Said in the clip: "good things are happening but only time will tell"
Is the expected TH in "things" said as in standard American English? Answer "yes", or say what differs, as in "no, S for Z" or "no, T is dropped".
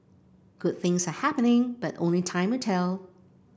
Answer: yes